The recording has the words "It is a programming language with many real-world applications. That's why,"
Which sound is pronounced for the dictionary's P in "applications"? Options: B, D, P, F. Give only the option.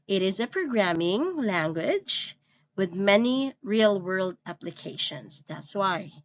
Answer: P